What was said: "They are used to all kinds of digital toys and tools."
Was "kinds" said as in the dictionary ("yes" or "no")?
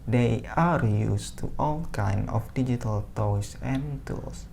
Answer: no